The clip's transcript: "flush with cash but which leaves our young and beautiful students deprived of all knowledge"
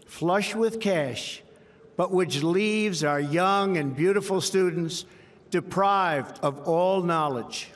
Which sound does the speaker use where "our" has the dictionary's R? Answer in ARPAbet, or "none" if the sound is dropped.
R